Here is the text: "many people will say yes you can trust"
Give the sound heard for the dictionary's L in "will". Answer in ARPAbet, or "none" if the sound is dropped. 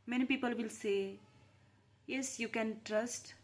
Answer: L